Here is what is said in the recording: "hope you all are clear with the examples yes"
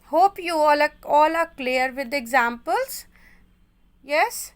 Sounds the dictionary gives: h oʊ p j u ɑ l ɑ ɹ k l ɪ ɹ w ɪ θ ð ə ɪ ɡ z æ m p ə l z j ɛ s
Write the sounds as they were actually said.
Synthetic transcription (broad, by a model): h oʊ p j u ɑ l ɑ l k l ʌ ɹ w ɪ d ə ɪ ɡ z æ m p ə l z j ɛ s